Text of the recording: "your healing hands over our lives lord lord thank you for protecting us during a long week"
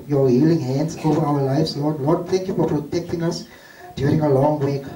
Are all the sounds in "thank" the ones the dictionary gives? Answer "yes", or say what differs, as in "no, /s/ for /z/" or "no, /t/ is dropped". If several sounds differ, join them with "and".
no, /t/ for /θ/